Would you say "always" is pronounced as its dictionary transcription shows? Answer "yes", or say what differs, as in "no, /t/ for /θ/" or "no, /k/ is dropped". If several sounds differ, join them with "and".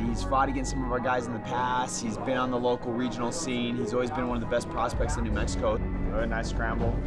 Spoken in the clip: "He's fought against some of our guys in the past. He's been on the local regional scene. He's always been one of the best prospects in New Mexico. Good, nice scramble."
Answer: yes